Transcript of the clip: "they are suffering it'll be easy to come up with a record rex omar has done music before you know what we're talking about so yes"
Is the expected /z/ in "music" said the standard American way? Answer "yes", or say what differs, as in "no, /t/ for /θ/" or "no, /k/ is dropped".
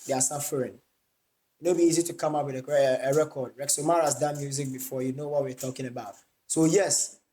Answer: yes